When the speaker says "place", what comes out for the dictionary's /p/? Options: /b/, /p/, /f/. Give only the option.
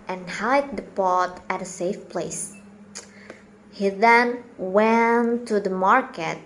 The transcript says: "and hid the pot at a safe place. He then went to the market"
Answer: /p/